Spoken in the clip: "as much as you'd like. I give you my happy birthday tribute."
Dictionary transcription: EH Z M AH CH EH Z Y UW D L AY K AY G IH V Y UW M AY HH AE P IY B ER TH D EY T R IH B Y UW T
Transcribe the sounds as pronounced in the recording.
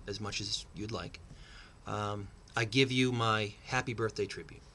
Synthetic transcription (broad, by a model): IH Z M AH CH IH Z Y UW D L AY K AY G IH V Y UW M AY HH AE P IY B ER TH D EY T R IH B Y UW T